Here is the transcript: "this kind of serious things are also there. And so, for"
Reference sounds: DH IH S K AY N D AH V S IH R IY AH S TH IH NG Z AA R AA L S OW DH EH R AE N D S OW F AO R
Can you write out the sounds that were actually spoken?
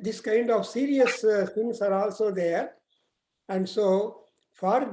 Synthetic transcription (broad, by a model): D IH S K AY N D AH V S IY R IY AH S S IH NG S AA R AA L S OW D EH R AE N D S OW F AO R